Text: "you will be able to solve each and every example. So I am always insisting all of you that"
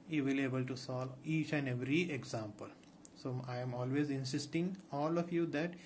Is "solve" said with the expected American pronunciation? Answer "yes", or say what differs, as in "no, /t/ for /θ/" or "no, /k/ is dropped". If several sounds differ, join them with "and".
no, /v/ is dropped